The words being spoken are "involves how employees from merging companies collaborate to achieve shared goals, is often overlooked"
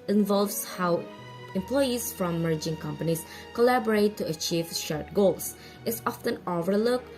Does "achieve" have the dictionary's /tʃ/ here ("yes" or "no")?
yes